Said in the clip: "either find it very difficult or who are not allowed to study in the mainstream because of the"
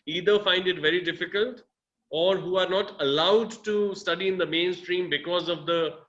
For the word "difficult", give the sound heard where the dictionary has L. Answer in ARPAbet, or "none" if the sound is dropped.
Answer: L